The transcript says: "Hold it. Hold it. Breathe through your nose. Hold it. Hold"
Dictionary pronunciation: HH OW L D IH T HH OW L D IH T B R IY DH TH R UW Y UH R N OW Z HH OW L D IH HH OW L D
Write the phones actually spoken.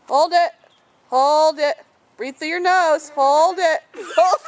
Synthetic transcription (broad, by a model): HH OW L D IH T HH OW L D IH T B R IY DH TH IH Y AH R N OW Z HH OW L D IH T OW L